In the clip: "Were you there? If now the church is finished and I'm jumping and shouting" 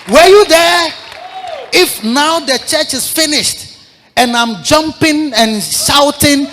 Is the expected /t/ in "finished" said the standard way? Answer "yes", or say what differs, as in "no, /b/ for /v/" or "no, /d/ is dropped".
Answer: yes